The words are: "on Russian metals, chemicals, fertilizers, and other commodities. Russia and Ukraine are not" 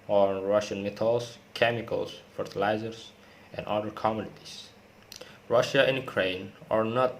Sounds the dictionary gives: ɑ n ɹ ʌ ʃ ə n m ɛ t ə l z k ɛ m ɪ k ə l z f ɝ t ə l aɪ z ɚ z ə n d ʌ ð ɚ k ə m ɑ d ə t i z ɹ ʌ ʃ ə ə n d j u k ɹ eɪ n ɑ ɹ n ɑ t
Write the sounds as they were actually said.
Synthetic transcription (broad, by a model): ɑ ɹ ʌ ʃ ə n m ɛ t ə l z k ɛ m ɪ k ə l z f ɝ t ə l aɪ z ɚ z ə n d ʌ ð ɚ k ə m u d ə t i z ɹ ʌ ʃ ə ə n j u k ɹ eɪ n ɑ ɹ n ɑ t